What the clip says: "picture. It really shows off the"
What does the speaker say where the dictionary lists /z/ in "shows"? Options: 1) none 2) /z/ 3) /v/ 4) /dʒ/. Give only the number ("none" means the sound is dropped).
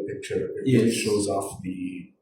2